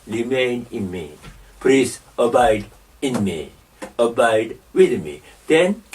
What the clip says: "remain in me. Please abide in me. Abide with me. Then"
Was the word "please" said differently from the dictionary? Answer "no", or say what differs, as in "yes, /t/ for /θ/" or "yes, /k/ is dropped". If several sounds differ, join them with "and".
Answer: yes, /s/ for /z/